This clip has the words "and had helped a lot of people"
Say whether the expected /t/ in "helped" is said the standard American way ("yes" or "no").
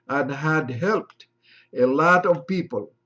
yes